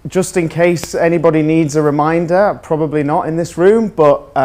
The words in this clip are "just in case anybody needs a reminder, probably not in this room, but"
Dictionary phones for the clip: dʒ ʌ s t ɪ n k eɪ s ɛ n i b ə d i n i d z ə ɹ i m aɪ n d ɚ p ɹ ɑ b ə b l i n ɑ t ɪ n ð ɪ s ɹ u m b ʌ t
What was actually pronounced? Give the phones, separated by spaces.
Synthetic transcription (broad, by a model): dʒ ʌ s t ɪ n k eɪ s ɛ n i b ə d i n i d z ə ɹ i m aɪ n d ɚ p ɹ ɑ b ə b l i n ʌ t ɪ n ð ɪ s ɹ u m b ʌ t